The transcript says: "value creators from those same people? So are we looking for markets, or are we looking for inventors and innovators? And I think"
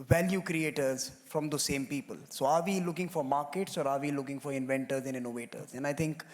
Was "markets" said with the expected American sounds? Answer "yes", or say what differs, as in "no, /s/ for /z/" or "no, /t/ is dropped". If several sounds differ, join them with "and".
yes